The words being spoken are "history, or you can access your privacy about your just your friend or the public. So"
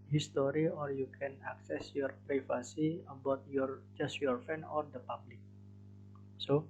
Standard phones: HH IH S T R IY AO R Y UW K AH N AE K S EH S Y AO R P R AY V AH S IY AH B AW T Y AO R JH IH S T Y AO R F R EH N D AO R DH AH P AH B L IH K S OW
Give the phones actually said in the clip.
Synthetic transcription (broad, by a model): HH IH S T R IY AO R Y UW K AH N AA K S EH S Y AO R P R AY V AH S IY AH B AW T Y AO R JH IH S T Y AO R F EH N AO R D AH P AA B L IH K S OW